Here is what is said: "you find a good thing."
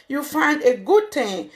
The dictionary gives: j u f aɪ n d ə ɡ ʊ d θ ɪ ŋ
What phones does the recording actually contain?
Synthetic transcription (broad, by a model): j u f aɪ n d ə ɡ ʊ d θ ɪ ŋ